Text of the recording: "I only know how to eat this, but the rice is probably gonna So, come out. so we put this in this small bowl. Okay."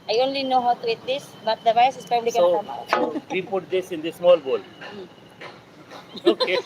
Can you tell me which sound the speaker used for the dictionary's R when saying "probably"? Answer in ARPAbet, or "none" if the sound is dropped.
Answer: none